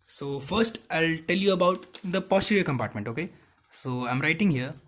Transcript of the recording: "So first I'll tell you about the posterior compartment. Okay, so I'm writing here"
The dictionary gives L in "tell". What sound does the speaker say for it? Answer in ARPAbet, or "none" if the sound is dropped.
L